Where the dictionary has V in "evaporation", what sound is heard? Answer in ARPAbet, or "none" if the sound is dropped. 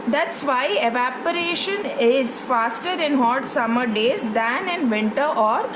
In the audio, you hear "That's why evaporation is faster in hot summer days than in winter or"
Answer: V